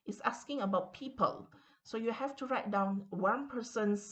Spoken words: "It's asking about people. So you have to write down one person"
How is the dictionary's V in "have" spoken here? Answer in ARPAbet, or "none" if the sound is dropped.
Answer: F